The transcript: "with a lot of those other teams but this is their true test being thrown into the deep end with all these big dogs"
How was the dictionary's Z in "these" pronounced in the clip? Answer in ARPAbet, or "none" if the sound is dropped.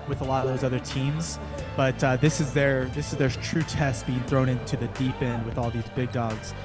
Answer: Z